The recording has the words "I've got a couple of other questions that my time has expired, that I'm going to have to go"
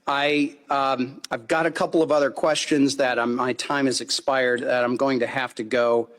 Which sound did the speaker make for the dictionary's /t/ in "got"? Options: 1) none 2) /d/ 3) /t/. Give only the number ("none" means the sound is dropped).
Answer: 3